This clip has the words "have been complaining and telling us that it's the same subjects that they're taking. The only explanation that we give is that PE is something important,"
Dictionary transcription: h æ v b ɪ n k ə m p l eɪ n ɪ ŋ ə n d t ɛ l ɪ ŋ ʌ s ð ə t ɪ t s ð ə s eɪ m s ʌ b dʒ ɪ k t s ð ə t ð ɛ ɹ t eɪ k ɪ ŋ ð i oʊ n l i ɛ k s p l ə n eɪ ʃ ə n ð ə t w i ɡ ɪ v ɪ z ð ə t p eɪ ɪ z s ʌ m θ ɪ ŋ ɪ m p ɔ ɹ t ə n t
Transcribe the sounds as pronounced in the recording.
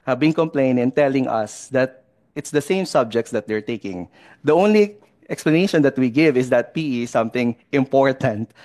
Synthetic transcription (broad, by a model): h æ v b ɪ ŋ k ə m p l eɪ ɪ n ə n t ɛ l ɪ ŋ ʌ s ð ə t ɪ t s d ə s eɪ m s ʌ b dʒ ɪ k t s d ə t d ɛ ɹ t eɪ k ɪ ŋ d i oʊ n l i ɛ k s p l ə n eɪ ʃ ə n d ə t w i ɡ ɪ v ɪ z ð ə t p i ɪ s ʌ m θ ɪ ŋ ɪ m p ɔ ɹ t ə n t